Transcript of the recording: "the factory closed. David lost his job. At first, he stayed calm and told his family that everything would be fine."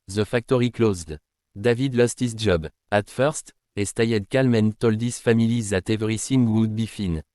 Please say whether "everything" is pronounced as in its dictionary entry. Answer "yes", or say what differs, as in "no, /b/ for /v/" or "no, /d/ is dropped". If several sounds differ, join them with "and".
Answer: no, /s/ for /θ/